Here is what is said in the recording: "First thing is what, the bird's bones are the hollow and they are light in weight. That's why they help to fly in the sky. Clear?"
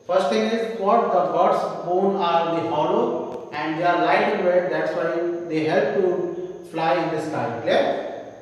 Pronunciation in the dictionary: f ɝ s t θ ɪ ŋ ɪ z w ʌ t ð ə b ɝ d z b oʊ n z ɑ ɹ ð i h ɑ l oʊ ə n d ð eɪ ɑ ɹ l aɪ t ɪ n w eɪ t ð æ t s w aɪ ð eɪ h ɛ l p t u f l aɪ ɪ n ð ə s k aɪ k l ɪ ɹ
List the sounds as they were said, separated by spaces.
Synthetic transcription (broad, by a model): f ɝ s t t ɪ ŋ ɪ z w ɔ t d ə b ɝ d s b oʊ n ɑ ɹ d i h ɑ l oʊ ə n d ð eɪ ɑ ɹ l aɪ t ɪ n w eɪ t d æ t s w aɪ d eɪ h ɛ l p t u f l aɪ ɪ n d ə s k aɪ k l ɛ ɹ